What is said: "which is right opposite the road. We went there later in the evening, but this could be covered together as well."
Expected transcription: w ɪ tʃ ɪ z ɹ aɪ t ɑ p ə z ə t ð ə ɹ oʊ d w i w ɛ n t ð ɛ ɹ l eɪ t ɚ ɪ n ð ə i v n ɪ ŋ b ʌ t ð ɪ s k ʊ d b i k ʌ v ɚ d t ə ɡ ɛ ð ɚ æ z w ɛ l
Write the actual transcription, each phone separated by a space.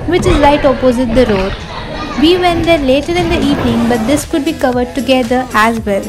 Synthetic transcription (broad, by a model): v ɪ tʃ ɪ z l aɪ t ɑ p ə z ə t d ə ɹ oʊ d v i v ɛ n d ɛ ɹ l eɪ t ɚ ɪ n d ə i v n ɪ ŋ b ʌ t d ɪ s k ʊ d b i k ʌ v ɚ d t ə ɡ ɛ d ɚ æ z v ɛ l